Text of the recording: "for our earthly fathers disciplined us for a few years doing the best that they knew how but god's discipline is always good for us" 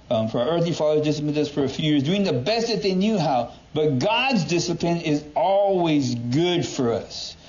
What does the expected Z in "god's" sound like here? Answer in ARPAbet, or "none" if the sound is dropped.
Z